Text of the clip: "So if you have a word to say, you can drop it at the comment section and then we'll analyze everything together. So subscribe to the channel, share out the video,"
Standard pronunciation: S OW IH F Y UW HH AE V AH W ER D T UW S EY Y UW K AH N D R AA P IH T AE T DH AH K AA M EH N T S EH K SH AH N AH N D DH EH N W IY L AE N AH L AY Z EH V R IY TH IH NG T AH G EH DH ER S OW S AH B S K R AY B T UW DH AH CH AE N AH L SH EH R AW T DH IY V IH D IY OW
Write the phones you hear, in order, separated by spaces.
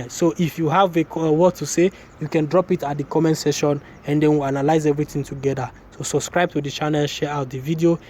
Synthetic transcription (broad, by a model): S OW IH F Y UW HH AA V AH W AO T UW S EY Y UW K AH N D R AA P IH T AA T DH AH K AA M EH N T S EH SH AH N AH N D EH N W IY L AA N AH L AY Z EH V R IY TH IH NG T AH G EH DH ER S OW S AH B S K R AY B T UW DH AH CH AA N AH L SH EH R AW T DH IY V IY D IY OW